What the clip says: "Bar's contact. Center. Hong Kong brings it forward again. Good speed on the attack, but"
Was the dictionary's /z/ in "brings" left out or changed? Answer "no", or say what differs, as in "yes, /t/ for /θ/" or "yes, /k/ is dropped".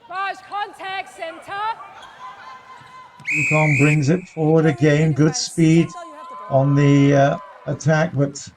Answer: no